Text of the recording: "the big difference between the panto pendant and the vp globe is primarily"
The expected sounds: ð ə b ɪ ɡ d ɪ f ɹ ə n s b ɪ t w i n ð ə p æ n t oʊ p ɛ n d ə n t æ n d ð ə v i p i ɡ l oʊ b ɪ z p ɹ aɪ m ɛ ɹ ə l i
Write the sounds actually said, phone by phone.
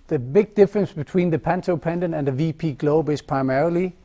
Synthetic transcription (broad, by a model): ð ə b ɪ ɡ d ɪ f ɹ ə n s b ɪ t w i n ð ə p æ n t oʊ p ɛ n d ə n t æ n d ð ə v i p i ɡ l oʊ b ɪ z p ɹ aɪ m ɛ ɹ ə l i